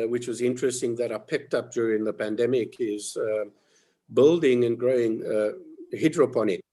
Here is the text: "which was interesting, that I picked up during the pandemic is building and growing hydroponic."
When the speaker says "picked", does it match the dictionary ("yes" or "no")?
yes